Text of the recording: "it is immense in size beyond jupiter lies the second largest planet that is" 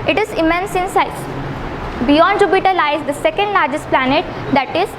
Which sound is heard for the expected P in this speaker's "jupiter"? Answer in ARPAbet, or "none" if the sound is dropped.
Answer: B